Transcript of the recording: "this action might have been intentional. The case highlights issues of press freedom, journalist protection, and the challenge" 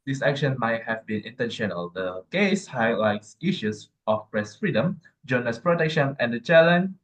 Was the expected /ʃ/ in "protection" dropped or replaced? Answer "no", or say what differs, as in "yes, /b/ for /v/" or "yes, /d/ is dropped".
no